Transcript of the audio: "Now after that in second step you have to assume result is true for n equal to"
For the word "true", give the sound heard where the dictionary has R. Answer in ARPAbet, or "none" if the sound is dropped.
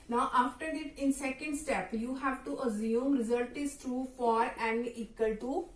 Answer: R